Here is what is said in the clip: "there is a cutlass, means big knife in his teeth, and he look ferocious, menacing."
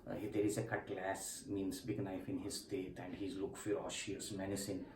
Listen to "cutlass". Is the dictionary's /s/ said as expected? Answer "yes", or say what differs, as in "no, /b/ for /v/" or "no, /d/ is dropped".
yes